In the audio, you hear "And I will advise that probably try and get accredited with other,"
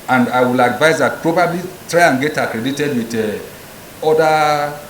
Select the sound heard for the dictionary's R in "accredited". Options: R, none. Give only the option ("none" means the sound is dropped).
R